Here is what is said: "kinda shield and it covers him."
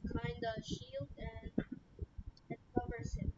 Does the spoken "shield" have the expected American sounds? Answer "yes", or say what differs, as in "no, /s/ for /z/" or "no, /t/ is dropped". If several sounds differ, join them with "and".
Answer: yes